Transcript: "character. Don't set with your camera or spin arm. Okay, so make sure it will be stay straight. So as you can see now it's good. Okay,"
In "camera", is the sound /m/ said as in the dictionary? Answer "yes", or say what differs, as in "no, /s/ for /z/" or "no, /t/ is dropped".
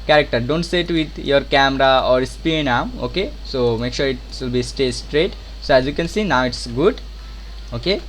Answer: yes